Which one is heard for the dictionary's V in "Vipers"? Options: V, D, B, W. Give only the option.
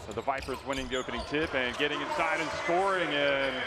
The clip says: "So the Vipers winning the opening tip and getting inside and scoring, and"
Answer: V